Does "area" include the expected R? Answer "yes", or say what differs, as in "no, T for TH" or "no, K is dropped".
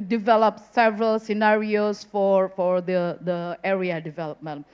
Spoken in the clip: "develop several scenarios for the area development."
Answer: yes